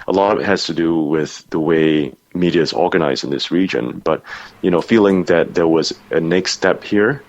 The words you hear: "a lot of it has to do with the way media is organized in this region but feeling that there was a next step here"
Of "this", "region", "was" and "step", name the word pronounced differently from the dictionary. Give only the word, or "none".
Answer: none